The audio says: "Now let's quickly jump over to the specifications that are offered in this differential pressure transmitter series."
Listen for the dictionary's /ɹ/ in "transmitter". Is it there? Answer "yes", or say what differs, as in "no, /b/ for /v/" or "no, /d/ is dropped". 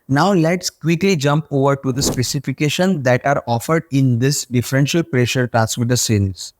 no, /ɹ/ is dropped